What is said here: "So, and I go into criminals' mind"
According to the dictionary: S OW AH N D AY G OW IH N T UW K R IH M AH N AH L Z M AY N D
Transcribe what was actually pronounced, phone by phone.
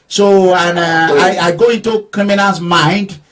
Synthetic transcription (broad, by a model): S OW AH N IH AY G OW IH N T UW K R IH M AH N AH Z M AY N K